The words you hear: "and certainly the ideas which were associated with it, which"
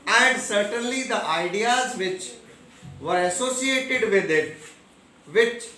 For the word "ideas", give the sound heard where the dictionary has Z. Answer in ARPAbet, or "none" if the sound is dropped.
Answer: Z